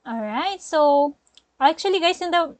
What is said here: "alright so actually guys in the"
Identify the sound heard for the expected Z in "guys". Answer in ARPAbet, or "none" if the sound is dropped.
S